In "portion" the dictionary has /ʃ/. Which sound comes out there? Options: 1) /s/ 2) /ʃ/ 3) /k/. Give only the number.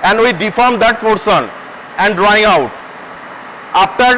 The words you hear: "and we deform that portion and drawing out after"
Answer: 1